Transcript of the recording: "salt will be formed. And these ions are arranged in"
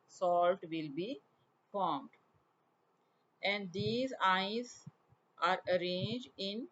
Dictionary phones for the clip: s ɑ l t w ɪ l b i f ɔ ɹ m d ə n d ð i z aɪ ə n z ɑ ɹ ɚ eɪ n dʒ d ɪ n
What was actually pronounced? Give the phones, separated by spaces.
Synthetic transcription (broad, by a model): s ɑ l t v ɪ l b i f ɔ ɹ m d ə n d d i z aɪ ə z ɑ ɹ ɚ eɪ n dʒ d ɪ n